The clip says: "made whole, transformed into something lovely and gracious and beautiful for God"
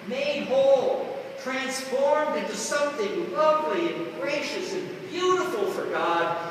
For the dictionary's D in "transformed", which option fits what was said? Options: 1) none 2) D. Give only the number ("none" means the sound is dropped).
2